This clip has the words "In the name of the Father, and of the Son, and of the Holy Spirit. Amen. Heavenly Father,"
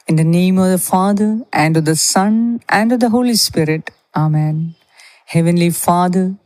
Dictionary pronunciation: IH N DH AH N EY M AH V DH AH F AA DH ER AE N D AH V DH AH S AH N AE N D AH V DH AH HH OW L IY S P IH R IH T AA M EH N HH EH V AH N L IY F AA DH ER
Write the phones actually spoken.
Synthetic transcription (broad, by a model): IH N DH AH N EY M AH V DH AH F AA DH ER AE N D AH V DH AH S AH N AE N D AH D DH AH HH OW L IY S P IH R IH T AA M EH N HH EH V AH N L IY F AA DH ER